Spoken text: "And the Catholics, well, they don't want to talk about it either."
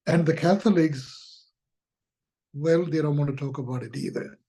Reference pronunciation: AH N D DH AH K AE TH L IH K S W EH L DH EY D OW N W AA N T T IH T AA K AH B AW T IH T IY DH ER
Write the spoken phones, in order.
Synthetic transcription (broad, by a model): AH N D DH AH K AE TH L IH K S W EH L DH EY D OW N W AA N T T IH T AA K AH B AW T IH T IY DH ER